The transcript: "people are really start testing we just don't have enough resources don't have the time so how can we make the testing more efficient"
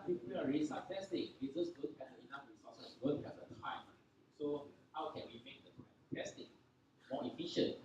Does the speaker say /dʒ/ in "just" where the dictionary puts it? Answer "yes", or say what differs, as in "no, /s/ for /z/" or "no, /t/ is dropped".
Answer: no, /z/ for /dʒ/